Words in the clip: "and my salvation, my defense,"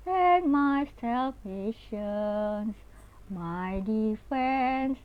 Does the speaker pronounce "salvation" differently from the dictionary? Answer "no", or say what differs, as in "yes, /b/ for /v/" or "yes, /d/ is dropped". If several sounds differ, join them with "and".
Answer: yes, /p/ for /v/